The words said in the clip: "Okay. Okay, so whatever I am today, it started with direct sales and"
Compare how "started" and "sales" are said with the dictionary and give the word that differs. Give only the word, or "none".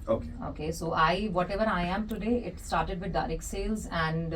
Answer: none